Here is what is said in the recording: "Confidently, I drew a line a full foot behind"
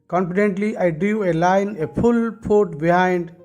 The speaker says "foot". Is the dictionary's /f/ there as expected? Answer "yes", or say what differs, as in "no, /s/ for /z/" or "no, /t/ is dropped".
no, /p/ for /f/